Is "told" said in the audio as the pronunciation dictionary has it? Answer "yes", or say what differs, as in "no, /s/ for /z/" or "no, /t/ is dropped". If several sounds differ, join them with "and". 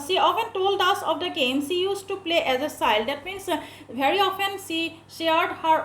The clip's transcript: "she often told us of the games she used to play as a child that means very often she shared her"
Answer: yes